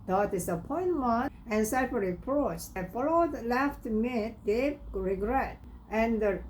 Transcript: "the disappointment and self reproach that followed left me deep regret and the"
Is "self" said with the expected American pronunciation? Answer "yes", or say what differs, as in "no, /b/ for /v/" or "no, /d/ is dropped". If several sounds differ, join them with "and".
no, /l/ is dropped